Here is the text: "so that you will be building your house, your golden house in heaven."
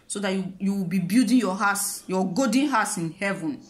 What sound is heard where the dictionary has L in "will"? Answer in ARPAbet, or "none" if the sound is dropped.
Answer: W